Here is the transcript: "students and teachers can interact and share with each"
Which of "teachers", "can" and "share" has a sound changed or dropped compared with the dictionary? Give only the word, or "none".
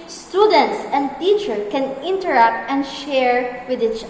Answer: teachers